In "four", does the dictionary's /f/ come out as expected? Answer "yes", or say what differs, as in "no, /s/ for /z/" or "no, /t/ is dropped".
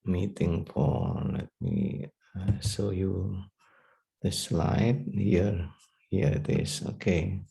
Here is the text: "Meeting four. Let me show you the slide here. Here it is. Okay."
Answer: no, /p/ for /f/